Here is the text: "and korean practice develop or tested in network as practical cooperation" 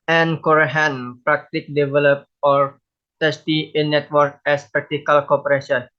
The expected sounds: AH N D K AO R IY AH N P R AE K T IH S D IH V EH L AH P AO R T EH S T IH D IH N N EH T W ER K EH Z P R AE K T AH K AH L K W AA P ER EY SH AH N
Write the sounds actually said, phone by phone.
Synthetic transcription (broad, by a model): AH N K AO R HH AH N P R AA K T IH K D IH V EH L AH P AO R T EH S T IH IH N N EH T W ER K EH S P R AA K T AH K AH L K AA P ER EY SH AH N